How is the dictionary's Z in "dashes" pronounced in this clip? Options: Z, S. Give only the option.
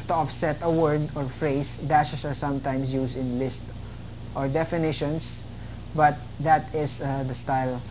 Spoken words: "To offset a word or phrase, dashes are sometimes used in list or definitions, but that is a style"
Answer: S